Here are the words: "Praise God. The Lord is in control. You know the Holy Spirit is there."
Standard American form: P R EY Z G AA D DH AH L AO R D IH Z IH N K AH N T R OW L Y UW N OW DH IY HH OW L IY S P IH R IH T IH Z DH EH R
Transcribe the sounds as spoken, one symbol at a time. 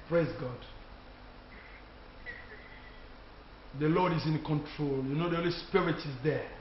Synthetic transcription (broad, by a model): P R EY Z G AA D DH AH L AO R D IH Z IH N K AH N T R OW L Y UW N OW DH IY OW L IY S P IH R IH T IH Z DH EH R